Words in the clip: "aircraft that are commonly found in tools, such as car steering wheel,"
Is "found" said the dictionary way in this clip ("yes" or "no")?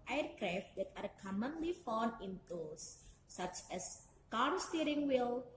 no